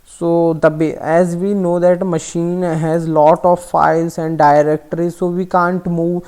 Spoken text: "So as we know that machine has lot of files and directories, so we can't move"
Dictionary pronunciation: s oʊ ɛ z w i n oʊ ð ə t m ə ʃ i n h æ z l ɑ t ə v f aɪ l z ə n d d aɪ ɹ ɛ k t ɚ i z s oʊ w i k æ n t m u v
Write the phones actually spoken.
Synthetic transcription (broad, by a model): s oʊ ɛ z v i n oʊ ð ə t m ə ʃ i n h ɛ z l ɑ t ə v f aɪ l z ə n d d aɪ ɹ ɛ k t ɚ i z s oʊ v i k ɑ n t m u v